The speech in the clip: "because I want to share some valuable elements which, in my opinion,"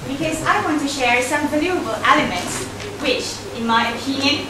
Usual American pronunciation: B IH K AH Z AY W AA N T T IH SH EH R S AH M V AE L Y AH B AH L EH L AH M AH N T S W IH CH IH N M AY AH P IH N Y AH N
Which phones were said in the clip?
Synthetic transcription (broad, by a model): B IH K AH Z AY W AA N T T IH SH EH R S AH M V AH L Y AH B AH L EH L AH M AH N T S W IH CH IH N M AY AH P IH N Y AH N